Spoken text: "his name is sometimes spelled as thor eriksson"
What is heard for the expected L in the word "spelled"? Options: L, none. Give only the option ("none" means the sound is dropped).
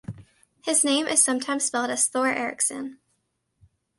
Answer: L